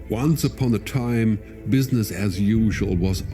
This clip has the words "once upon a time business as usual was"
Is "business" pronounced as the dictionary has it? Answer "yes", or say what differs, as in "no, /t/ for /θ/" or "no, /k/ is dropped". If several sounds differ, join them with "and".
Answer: yes